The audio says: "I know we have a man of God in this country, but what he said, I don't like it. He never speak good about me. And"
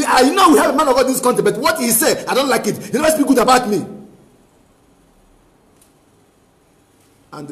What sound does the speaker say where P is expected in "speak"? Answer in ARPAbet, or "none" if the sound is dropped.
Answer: B